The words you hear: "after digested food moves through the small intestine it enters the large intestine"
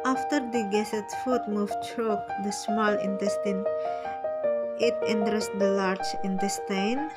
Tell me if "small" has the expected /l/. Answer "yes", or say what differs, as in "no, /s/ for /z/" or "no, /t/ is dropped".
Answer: yes